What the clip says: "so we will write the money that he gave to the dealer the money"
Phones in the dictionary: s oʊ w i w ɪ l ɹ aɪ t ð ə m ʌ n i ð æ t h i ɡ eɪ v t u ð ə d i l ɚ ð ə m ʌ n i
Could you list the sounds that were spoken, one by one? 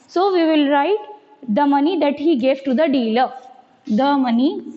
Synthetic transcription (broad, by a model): s oʊ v i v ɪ l ɹ aɪ t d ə m ʌ n i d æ t h i ɡ eɪ v t u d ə d i l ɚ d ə m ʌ n i